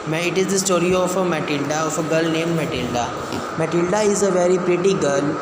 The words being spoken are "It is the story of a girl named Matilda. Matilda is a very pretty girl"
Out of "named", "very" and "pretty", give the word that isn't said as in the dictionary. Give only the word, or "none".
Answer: none